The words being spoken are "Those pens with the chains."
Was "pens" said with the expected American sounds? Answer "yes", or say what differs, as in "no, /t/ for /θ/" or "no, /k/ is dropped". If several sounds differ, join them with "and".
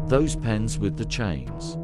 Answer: yes